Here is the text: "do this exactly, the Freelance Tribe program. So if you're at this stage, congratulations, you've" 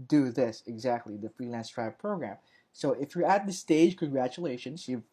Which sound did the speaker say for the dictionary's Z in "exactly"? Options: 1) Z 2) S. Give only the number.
1